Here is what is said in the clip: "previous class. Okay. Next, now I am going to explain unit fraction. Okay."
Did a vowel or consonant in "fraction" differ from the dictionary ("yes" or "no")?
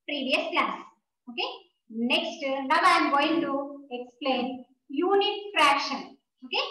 no